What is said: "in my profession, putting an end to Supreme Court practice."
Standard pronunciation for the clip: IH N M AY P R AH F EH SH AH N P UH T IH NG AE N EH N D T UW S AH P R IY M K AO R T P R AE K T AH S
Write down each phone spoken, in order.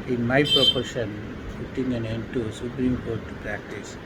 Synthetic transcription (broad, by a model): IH N M AY P R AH P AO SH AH N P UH T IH NG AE N EH N D T UW S AH P R IY M K AO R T P R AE K T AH S